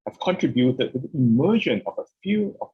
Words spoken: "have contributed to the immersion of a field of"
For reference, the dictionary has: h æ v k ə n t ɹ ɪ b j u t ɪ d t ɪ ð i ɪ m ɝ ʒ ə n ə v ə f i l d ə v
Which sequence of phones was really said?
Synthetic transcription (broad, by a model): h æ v k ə n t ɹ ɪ b j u t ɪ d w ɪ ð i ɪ m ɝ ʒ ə n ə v ə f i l ə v